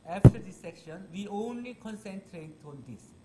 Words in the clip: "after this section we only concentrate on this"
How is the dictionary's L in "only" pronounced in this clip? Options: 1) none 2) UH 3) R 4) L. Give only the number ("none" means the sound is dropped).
4